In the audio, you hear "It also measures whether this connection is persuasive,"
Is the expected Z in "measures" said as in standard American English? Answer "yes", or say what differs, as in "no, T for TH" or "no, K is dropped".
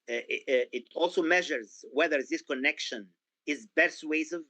yes